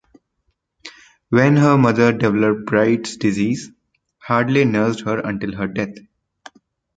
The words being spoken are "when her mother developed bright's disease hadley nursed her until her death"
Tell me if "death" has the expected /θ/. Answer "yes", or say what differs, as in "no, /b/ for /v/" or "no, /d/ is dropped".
no, /t/ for /θ/